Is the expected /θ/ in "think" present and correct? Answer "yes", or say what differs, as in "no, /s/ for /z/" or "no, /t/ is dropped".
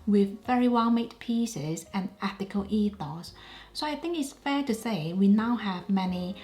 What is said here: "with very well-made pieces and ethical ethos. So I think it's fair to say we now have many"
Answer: yes